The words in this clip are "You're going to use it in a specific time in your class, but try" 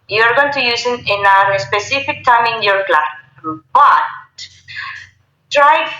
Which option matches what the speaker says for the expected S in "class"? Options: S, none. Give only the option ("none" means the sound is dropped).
none